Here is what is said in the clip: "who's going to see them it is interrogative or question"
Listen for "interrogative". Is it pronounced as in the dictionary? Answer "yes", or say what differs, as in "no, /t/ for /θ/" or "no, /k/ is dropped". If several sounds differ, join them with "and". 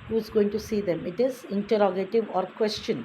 yes